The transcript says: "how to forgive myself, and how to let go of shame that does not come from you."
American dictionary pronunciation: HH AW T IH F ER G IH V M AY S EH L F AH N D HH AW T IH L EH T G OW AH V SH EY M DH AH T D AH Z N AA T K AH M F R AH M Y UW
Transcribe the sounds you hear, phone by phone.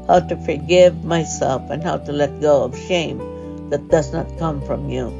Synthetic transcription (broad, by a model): HH AW T IH F ER G IH V M AY S EH L F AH N HH AW T IH L EH T G OW AH V SH EY M DH AH T D AH Z N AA T K AH M F R AH M Y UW